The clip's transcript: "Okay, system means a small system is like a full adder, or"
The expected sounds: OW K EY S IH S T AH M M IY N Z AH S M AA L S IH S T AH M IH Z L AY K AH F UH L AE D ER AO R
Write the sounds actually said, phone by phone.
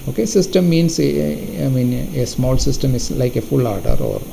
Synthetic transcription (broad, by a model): OW K EY S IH S T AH M M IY N AH S M AA L S IH S T AH M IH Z L AY K AH F UH L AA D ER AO R